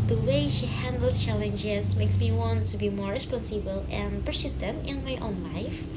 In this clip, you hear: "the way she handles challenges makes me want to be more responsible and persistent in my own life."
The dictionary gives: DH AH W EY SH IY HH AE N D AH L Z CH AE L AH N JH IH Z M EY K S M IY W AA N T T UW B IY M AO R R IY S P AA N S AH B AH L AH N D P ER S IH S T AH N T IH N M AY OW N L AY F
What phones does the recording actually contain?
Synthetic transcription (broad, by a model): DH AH W EY SH IY HH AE N D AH L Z CH AE L AH N JH IH Z M EY K S M IY W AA N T T UW B IY M AO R R IY S P AA N S AH B AH L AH N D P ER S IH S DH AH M IH N M AY OW N L AY F